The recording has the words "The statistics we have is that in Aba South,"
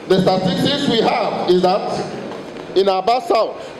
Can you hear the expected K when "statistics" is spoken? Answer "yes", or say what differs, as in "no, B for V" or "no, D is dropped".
no, K is dropped